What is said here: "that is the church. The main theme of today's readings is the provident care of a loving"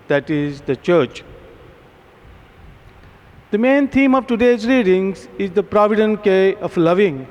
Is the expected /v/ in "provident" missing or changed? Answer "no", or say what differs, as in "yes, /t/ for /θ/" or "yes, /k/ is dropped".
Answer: no